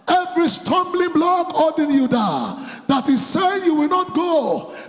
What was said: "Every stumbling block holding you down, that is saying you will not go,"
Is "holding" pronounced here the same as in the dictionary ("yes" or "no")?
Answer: no